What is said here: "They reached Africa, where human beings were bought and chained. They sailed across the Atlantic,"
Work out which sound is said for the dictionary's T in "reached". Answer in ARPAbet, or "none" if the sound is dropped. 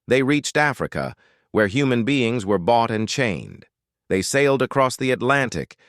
T